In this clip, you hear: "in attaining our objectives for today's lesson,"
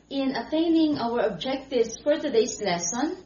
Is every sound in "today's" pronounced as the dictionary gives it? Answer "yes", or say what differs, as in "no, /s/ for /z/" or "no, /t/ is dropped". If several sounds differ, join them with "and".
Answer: no, /s/ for /z/